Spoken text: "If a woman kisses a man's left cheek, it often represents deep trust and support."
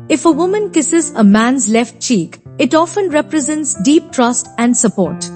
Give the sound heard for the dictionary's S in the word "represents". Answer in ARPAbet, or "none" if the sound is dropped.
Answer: S